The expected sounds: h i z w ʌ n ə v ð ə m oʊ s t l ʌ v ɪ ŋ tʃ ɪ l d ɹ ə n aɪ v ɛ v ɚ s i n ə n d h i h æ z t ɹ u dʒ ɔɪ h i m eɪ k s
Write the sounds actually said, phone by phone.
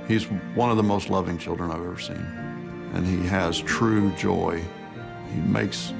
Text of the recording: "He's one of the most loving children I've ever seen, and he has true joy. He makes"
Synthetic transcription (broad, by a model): h i z w ʌ n ə v ð ə m oʊ s t l ʌ v ɪ ŋ tʃ ɪ l d ɹ ə n aɪ v ɛ v ɚ s i n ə n i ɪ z t ɹ u dʒ ɔɪ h i m eɪ k s